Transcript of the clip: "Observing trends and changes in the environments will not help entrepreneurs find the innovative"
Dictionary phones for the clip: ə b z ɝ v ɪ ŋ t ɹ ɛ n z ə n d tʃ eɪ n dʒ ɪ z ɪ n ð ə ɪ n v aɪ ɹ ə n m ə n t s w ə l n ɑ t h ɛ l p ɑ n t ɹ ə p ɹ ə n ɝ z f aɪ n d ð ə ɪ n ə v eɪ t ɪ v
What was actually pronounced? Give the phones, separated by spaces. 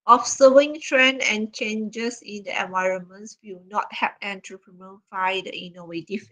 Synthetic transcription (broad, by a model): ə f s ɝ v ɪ ŋ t ɹ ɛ n ə n tʃ eɪ n dʒ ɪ s ɪ n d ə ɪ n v aɪ ɹ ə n m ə n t s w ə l n ɑ t h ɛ p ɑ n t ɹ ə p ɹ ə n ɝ f aɪ d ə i n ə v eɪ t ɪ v